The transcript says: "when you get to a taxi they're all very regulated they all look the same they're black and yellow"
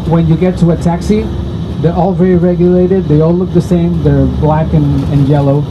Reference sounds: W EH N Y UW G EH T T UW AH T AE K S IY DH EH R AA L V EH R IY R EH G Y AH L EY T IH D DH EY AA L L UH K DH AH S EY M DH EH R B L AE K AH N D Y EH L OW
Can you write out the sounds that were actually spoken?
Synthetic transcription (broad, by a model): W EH N Y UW G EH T T UW AH T AE K S IY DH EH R AA L V EH R IY R EH G Y AH L EY T IH D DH EY AA L L UH K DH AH S EY M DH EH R B L AE K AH N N Y EH L OW